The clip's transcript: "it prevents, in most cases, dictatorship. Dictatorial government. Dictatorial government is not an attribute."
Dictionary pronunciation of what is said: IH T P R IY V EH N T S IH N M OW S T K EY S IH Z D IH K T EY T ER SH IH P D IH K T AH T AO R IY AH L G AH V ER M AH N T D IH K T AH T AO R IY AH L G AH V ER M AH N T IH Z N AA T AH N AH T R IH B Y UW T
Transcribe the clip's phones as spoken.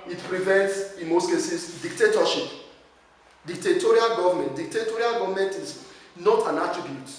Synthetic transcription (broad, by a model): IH T P R IY V EH N T S IH N M OW S T K EY S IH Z D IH K T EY T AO SH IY P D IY K T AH T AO R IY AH L G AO V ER M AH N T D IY K T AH T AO R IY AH L G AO V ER M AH N T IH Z N AA T AH N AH T R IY B Y UW T